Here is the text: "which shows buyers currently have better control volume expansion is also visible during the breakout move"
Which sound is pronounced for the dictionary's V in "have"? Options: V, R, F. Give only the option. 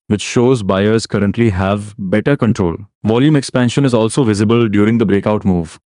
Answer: V